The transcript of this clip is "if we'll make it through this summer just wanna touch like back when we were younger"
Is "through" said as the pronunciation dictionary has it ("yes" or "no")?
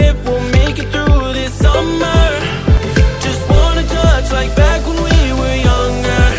yes